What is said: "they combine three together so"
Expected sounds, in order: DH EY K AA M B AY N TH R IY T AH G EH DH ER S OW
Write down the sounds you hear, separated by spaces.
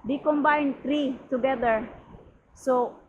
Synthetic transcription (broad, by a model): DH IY K AA M B AY N T R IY T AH G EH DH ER S OW